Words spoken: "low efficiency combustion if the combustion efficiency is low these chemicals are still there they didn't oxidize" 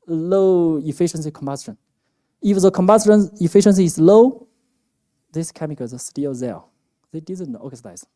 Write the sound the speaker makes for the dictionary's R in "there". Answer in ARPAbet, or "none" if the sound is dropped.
L